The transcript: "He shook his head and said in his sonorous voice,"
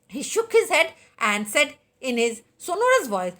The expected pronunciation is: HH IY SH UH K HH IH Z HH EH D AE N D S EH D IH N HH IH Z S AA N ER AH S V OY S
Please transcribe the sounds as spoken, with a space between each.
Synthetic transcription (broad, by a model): HH IY SH UH K HH IH Z HH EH D AE N D S EH D IH N HH IH Z S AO N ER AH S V OY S